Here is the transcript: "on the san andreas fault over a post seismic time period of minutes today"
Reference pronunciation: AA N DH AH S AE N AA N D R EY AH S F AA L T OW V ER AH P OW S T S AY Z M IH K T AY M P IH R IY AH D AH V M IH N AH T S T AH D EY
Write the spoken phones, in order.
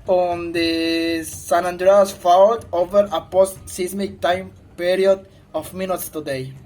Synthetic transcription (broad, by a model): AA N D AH S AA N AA N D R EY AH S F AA W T OW V ER AH P OW S T S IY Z M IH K T AY M P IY R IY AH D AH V M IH N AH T S T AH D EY